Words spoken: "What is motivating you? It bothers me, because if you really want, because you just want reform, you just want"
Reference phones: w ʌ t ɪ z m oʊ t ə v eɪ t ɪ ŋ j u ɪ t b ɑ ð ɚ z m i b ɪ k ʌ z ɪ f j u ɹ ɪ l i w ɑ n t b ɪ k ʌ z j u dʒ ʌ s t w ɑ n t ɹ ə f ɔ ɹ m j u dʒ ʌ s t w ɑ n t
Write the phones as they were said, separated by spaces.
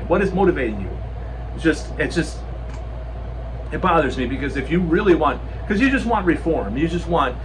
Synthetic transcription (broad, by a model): w ʌ t ɪ z m oʊ t ə v eɪ t ɪ ŋ j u ɪ t b ɑ ð ɚ z m i b ɪ k ʌ z ɪ f j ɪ ɹ ɪ l i w ɑ n t k ʌ z j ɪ dʒ ʌ s t w ɑ n t ɹ ə f ɔ ɹ m j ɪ dʒ ʌ s t w ɑ n t